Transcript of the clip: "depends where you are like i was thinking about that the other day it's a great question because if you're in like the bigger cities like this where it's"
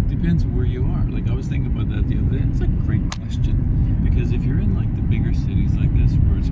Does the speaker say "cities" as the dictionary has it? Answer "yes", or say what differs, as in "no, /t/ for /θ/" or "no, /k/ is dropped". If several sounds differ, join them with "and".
yes